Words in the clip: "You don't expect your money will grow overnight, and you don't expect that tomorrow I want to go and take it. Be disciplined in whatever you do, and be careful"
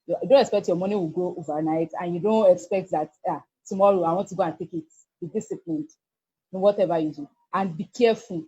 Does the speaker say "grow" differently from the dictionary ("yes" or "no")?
yes